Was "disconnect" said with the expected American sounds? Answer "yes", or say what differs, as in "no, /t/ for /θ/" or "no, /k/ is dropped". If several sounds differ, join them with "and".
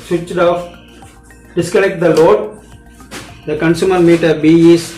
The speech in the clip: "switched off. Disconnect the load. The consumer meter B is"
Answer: no, /l/ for /n/